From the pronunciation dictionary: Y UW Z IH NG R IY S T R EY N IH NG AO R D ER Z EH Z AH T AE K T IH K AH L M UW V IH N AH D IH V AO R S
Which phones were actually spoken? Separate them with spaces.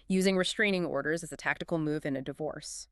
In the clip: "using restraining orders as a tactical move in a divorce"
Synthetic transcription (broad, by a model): Y UW Z IH NG R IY S T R EY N IH NG AO R D ER Z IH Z AH T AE K T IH K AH L M UW V IH N AH D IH V AO R S